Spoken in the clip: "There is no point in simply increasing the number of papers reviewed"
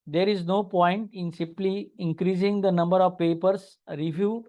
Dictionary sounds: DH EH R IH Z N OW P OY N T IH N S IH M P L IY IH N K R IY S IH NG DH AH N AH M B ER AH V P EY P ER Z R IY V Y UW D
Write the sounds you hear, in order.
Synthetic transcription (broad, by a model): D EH R IH Z N OW P OY N T IH N S IH M P L IY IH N K R IY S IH NG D AH N AH M B ER AH V P EY P ER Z R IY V Y UW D